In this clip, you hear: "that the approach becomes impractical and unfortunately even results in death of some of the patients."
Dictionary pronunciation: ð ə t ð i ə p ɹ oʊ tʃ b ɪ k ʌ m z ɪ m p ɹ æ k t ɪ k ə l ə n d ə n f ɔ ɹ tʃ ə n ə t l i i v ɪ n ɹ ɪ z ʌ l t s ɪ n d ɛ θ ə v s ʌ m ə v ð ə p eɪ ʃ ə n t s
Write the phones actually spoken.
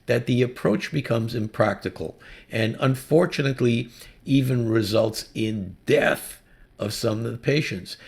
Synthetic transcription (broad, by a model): ð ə t ð i ə p ɹ oʊ tʃ b ɪ k ʌ m z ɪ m p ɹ æ k t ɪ k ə l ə n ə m f ɔ ɹ tʃ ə n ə t l i i v ɪ n ɹ ɪ z ʌ l t s ɪ n d ɛ θ ə v s ʌ m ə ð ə p eɪ ʃ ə n t s